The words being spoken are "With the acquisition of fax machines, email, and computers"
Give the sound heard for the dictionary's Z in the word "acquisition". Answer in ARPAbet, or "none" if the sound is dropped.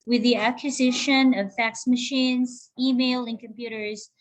Z